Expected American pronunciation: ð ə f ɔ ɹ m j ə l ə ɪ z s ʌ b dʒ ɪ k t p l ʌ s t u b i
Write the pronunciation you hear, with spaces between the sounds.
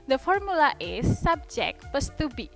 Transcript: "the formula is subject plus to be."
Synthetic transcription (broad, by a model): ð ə f ɔ ɹ m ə l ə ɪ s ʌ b dʒ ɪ k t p ʌ s t u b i